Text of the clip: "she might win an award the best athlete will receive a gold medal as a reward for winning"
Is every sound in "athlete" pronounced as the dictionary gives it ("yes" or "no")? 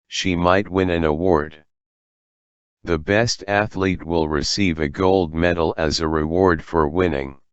yes